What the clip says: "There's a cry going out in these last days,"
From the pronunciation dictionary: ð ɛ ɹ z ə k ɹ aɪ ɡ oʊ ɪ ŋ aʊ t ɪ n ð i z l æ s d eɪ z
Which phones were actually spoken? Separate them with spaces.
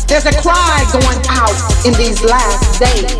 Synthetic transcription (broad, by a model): ð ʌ ɹ z ə k l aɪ ɡ oʊ ɪ ŋ aʊ t ɪ n ð i z l æ s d eɪ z